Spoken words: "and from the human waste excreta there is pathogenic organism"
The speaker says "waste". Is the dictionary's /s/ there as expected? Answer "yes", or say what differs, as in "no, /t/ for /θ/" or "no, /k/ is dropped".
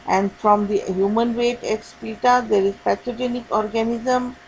no, /s/ is dropped